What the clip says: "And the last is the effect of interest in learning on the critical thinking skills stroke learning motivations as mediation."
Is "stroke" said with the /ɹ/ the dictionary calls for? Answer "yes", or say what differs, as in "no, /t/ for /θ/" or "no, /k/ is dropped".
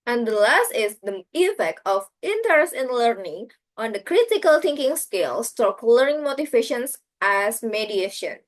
no, /ɹ/ is dropped